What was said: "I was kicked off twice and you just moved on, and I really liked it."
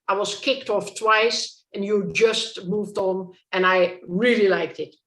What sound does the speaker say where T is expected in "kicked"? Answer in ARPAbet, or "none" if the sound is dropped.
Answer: T